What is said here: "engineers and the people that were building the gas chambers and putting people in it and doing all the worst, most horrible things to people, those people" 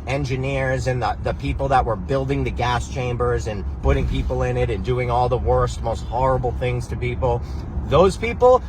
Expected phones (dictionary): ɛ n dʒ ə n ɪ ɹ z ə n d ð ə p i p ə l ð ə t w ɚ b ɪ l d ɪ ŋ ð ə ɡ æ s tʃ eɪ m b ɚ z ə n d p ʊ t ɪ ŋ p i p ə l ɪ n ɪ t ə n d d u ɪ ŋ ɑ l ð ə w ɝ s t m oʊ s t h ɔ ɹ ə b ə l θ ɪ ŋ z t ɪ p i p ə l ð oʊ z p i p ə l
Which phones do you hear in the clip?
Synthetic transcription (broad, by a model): ɛ n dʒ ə n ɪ ɹ z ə n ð ð ə p i p l ð ə t w ɚ b ɪ l d ɪ ŋ ð ə ɡ æ s tʃ eɪ m b ɚ z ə n p ʊ t ɪ ŋ p i p l ɪ n ɪ t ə n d d u ɪ ŋ ɑ l ð ə w ɝ s t m oʊ s t h ɔ ɹ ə b l θ ɪ ŋ z t ɪ p i p l ð oʊ z p i p l